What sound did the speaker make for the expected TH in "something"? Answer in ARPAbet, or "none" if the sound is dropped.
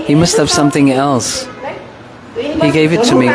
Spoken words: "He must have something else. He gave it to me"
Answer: TH